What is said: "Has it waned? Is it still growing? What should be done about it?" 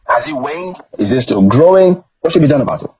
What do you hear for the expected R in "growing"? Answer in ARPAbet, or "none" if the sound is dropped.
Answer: R